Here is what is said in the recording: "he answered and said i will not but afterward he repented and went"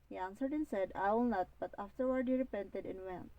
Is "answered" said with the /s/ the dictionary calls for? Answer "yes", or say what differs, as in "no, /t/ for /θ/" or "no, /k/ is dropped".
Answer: yes